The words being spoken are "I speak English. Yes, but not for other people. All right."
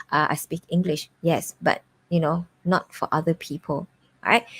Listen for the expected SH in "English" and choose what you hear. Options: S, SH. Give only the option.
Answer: SH